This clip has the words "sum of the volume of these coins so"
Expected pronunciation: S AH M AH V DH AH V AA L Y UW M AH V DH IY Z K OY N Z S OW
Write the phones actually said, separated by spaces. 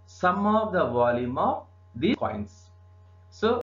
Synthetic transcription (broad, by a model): S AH M AH V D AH V AA L Y UW M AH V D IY K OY N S S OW